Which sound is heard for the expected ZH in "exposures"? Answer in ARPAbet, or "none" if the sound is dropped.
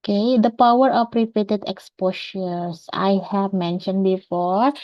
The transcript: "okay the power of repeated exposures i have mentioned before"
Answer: SH